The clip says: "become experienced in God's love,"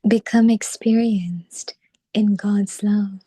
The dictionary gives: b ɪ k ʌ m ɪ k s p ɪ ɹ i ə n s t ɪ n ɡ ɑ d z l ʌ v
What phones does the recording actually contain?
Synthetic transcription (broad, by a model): b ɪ k ʌ m ɪ k s p ɪ ɹ i ə n s t ɪ n ɡ ɑ d z l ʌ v